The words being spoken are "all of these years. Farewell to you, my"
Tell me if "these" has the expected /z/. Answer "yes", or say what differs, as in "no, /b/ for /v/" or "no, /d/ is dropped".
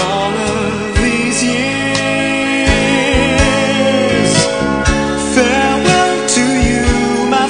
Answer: yes